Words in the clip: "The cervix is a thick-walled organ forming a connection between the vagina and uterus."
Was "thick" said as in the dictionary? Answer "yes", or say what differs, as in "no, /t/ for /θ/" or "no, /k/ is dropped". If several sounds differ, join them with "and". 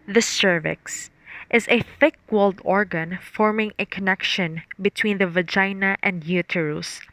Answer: yes